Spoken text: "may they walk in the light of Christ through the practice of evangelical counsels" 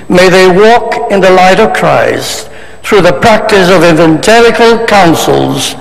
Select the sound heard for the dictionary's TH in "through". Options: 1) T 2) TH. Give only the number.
2